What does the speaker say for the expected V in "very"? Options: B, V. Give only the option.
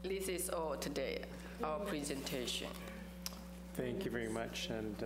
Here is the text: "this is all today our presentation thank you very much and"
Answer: V